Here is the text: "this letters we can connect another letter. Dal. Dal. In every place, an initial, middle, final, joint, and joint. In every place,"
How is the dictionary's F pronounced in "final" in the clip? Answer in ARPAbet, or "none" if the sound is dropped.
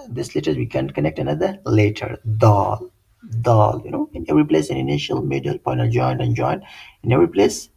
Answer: P